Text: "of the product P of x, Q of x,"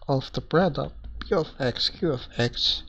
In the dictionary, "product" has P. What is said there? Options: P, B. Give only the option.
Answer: B